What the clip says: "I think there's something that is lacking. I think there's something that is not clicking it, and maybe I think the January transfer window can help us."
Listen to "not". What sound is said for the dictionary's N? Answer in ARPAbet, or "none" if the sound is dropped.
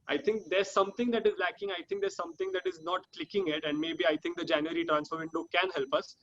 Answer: N